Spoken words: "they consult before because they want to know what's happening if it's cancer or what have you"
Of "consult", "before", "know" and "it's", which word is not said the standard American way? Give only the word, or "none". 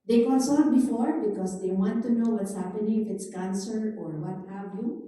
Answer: consult